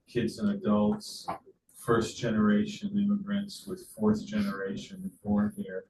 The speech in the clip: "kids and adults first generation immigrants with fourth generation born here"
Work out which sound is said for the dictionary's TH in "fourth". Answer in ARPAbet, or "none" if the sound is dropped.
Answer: TH